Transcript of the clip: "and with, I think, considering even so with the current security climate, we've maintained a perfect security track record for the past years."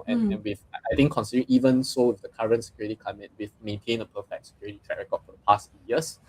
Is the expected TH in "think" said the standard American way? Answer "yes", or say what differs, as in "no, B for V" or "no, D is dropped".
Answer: no, T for TH